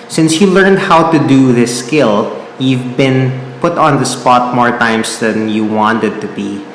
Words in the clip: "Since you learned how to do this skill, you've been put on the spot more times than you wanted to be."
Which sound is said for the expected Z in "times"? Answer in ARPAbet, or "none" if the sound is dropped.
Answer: S